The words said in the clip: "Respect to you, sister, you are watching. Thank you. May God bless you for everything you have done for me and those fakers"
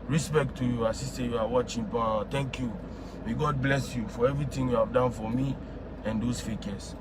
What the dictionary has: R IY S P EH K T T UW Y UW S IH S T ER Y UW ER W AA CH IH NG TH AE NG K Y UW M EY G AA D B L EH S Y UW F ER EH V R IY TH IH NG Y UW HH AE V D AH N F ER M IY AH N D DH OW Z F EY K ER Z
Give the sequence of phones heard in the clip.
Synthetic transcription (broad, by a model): R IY S P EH K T T UW Y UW S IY S T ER Y UW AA W AA CH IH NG T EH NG K Y UW M EY G AA D B L EH S Y UW F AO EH V R IY T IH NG Y UW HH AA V D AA N F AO M IY AH N D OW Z F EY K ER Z